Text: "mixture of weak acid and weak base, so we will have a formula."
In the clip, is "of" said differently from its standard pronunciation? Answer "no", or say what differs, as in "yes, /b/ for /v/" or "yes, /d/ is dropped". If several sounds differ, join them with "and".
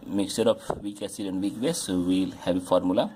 yes, /p/ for /v/